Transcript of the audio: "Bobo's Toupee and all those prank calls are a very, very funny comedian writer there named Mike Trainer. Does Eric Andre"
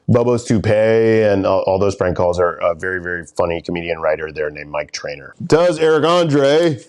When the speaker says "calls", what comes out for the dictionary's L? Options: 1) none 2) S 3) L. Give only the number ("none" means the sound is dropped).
3